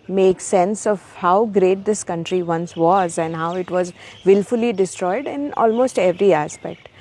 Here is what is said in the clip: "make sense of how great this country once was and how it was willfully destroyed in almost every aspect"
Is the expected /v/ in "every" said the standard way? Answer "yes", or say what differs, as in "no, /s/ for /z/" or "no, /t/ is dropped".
yes